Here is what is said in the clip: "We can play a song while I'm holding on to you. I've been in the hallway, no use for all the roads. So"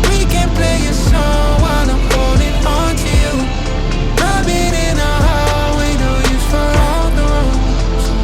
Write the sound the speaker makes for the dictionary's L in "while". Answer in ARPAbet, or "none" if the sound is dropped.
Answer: N